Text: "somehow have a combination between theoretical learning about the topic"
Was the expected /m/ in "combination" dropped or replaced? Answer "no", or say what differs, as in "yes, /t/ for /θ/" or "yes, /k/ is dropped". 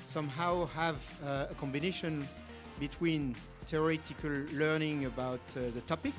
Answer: no